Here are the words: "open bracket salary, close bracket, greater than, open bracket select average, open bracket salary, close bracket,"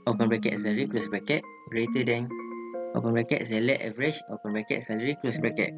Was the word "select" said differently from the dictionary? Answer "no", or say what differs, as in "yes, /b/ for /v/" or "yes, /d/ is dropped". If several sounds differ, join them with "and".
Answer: yes, /k/ is dropped